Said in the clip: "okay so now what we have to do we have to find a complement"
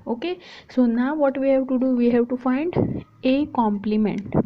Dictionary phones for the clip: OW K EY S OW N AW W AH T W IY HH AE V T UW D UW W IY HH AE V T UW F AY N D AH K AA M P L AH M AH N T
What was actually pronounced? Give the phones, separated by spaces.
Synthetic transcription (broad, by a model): OW K EY S OW N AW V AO T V IY HH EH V T UW D UW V IY HH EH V T UW F AY N D AH K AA M P L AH M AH N T